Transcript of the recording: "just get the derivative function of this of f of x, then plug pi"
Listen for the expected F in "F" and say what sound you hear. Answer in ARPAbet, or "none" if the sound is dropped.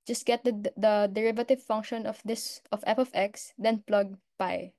P